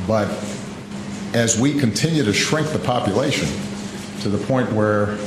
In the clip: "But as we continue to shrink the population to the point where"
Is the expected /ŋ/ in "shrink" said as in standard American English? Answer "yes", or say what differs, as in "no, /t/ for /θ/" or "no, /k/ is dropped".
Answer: yes